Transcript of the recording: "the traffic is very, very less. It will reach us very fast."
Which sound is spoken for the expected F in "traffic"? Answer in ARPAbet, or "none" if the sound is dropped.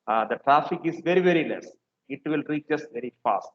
F